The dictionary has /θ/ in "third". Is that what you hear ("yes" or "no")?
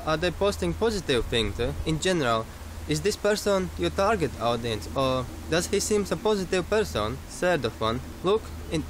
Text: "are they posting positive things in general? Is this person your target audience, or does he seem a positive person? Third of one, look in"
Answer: no